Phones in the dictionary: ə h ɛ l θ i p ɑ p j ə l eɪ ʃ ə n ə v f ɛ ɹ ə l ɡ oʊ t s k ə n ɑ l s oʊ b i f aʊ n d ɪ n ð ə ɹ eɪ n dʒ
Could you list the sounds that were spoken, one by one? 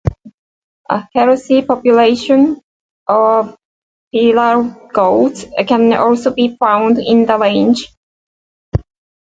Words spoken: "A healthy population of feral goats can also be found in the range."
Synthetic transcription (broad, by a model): ə h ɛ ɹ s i p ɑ p j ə l eɪ ʃ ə n ə v p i l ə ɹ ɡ oʊ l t k ə n ɑ l s oʊ b i f aʊ n d ɪ n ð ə l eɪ n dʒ